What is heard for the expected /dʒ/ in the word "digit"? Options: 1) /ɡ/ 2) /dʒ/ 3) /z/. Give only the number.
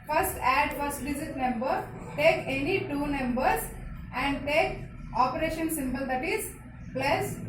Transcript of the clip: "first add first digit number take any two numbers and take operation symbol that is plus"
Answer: 3